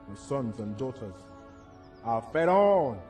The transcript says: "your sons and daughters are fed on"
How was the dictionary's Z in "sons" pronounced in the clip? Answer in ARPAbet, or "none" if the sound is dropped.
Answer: Z